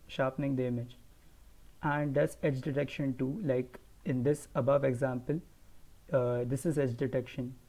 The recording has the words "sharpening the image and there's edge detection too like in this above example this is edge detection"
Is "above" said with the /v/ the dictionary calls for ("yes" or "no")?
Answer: yes